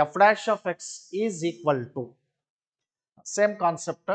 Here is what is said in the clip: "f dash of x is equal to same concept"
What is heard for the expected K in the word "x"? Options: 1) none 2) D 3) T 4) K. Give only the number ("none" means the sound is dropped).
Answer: 4